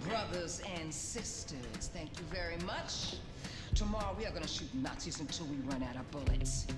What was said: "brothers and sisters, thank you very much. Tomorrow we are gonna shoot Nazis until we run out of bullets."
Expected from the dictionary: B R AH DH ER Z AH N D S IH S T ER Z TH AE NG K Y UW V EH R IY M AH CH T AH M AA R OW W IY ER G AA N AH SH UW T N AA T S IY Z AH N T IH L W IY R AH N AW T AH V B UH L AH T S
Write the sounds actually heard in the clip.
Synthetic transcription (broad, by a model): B R AH DH ER Z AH N S IH S T ER Z TH AE NG K Y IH V EH R IY M AH CH T AH M AA R OW W IY ER G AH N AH SH UW T N AA T S IY Z AH N T IH L W IY R AH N AW T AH B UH L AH T S